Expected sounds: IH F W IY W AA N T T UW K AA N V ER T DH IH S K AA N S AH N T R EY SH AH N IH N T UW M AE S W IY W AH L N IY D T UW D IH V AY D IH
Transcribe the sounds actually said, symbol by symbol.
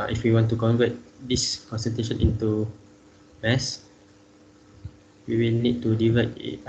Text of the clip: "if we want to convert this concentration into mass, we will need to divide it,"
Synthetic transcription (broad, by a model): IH F W IY W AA N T T UW K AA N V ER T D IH S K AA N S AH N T EY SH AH N IH N T UW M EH S W IY W AH L N IY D T UW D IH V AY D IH